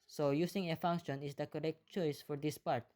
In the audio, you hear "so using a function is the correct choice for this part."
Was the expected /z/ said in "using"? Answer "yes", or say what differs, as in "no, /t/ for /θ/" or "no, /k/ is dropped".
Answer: no, /s/ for /z/